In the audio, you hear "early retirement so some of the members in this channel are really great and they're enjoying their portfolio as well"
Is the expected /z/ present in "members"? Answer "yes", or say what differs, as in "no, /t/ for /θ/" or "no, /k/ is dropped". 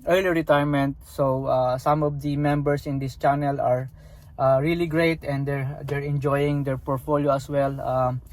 no, /s/ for /z/